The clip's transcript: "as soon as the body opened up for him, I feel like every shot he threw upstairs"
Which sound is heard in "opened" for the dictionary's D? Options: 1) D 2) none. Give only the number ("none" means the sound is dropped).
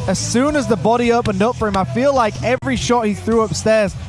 1